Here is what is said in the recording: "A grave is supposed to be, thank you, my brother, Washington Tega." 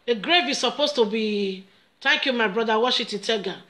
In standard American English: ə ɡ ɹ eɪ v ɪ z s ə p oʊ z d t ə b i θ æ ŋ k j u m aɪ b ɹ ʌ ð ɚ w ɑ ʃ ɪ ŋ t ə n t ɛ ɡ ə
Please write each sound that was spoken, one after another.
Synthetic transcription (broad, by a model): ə ɡ ɹ eɪ v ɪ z s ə p oʊ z t ə b i t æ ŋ k j u m aɪ b ɹ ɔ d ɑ w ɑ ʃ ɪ t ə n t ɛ ɡ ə